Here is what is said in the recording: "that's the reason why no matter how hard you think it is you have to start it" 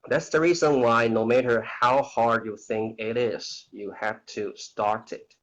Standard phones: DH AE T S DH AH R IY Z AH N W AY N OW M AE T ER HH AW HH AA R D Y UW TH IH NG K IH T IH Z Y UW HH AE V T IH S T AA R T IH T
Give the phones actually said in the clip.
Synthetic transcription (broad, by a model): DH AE T S DH AH R IY Z AH N W AY N OW M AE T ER HH AW HH AA R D Y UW TH IH NG K IH T IH Z Y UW HH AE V T IH S T AA R T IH T